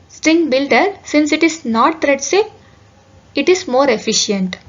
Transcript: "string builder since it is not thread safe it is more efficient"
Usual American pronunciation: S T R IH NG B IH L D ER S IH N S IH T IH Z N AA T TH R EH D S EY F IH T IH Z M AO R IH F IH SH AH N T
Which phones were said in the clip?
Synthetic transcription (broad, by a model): S T R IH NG B IH L D ER S IH N S IH T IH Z N AA T T R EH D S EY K IH T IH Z M AO R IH F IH SH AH N T